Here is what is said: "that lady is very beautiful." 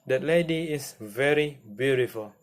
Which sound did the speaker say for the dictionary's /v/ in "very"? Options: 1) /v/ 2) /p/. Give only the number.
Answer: 1